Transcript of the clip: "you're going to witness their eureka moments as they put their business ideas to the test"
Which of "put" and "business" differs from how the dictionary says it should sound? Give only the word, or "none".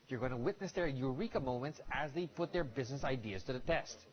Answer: none